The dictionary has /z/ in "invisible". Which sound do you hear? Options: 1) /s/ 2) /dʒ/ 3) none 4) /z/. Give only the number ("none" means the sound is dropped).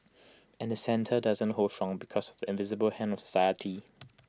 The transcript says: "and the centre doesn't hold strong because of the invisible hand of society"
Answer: 4